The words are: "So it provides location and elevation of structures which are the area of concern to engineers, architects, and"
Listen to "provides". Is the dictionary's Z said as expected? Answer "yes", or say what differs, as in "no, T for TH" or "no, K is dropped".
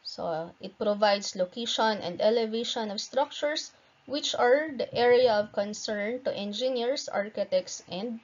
no, S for Z